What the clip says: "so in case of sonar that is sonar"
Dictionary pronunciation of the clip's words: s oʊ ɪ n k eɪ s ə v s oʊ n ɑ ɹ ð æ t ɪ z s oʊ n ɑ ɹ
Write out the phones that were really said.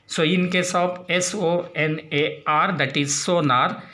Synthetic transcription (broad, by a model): s oʊ ɪ n k eɪ s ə p s oʊ n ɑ ɹ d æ t ɪ z s oʊ n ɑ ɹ